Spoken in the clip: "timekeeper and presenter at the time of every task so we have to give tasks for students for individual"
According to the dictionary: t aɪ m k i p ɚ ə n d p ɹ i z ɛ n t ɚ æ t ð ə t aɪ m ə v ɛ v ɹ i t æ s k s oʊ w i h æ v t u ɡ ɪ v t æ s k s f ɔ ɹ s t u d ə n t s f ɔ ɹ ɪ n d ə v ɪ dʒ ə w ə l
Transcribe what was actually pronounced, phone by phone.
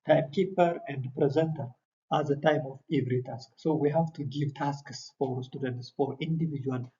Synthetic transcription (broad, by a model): t aɪ m k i p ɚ ə n d p ɹ i z ɛ n t ɚ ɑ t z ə t aɪ m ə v ɛ v ɹ i t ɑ s k s oʊ w i h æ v t u ɡ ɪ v t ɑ s k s f ɔ ɹ s t u d ə n t s f ɔ ɹ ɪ n d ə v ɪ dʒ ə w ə l